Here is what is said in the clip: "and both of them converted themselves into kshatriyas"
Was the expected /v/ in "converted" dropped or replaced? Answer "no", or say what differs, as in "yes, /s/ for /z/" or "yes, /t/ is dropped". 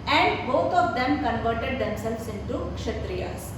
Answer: no